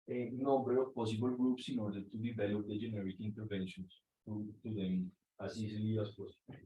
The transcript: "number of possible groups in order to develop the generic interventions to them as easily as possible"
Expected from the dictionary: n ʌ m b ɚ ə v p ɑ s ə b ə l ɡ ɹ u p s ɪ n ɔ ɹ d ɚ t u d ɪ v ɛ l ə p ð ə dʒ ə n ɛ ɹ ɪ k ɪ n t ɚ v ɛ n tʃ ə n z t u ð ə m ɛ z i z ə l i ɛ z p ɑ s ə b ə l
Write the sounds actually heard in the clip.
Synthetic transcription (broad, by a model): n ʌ m b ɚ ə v p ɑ s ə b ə l ɡ ɹ u p s ɪ n ɔ ɹ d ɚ t u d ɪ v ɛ l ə p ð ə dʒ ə n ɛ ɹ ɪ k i n t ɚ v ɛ n ʃ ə n s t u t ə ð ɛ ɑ s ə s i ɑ s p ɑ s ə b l